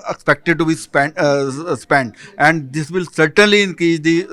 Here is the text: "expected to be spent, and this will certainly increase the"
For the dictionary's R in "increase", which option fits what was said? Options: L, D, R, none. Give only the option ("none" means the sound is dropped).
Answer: none